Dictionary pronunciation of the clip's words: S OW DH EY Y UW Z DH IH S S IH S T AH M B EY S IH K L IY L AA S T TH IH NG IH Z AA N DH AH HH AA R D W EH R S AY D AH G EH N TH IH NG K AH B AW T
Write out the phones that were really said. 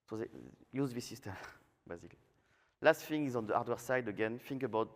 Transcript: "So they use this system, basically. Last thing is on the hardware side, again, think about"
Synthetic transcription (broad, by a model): S OW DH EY Y UW Z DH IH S S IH S T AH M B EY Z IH K L IY L AA S T F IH NG IH Z AA N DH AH AA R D W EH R S AY D AH G EH N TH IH NG K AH B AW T